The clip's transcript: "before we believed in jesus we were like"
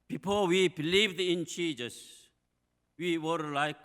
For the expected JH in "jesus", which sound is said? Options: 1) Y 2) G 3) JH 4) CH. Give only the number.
4